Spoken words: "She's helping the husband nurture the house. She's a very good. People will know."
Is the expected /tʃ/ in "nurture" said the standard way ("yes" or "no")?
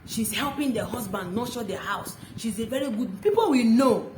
no